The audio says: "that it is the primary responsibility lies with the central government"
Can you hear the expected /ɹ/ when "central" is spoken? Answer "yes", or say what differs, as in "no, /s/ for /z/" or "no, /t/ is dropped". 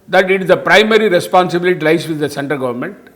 no, /ɹ/ is dropped